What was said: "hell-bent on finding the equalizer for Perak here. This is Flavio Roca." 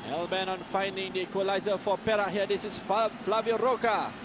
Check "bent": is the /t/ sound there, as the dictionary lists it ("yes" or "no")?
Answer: no